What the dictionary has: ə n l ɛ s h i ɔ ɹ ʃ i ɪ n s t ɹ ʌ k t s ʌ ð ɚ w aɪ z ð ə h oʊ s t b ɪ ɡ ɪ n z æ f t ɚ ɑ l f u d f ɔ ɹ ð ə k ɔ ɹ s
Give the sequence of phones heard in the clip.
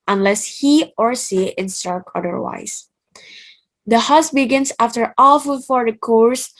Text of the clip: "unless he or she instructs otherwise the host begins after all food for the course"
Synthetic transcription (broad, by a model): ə n l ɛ s h i ɔ ɹ s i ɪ n s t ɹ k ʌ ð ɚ w aɪ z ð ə h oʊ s b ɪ ɡ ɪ n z æ f t ɚ ɑ l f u f ɔ ɹ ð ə k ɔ ɹ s